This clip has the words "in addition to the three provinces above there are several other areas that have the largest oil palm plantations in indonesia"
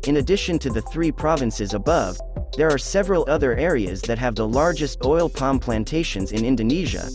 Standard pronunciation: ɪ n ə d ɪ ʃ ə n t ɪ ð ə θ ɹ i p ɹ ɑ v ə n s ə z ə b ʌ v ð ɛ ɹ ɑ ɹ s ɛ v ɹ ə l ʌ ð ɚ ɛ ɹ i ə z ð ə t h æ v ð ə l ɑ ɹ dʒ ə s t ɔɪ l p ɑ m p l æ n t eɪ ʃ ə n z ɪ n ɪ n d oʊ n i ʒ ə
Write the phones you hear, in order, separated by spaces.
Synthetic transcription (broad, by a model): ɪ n ə d ɪ ʃ ə n t ɪ ð ə θ ɹ i p ɹ ɑ v ə n s ə z ə b ʌ v ð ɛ ɹ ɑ ɹ s ɛ v ɹ ə l ʌ ð ɚ ɛ ɹ i ə z ð ə t h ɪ v ð ə l ɑ ɹ dʒ ə s t ɔɪ l p ɑ m p l æ n t eɪ ʃ ə n z ɪ n ɪ n d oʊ n i ʒ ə